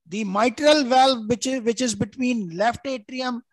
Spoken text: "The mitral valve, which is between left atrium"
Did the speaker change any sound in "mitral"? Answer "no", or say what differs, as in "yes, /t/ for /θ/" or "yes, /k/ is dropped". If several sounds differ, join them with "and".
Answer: no